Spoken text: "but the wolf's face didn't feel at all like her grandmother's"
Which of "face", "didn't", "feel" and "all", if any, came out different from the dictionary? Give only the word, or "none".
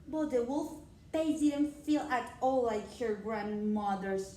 face